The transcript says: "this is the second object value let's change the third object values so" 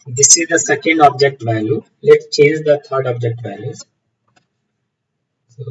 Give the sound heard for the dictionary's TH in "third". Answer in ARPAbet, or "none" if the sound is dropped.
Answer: T